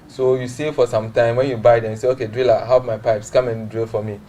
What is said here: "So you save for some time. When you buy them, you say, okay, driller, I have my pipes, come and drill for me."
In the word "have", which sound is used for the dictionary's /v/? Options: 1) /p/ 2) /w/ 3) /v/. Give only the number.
1